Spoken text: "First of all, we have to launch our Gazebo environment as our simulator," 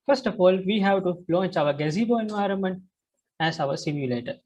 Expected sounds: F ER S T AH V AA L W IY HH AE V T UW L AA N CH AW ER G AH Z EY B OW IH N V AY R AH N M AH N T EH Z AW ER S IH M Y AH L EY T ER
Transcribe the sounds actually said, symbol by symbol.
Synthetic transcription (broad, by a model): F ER S T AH F AA L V IY HH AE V T UW L AA N CH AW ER G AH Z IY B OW IH N V AY R AH N M AH N T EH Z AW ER S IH M Y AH L EY T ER